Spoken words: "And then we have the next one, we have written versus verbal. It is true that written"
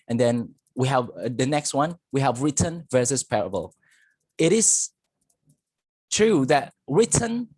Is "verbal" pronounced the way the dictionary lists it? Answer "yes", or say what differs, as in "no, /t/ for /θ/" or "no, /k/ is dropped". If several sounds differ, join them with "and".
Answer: no, /p/ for /v/